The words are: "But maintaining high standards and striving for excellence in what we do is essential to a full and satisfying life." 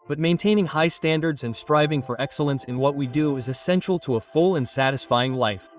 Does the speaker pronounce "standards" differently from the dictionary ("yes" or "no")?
no